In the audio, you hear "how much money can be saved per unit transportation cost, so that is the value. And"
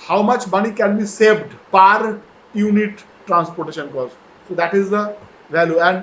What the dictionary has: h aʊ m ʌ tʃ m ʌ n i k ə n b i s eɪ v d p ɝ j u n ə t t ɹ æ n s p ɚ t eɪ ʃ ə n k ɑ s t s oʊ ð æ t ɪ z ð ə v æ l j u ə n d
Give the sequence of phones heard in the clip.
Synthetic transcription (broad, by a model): h aʊ m ʌ tʃ m ʌ n i k ə n b i s eɪ v d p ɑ j u n ə t t ɹ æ n s p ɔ t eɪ ʃ ə n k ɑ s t s oʊ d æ t ɪ z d ə v æ l j u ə n d